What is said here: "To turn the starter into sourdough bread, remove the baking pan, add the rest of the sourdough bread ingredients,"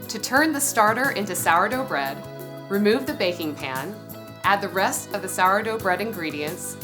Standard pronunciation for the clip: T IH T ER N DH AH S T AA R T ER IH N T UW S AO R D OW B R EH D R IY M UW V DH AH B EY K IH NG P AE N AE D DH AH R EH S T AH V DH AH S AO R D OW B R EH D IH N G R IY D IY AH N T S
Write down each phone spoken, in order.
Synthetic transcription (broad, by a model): T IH T ER N DH AH S T AA R T ER IH N T UW S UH R D OW B R EH D R IY M UW V DH AH B EY K IH NG P AE N AE D DH AH R EH S T AH V DH AH S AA R D OW B R EH D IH N G R IY D IY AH N T S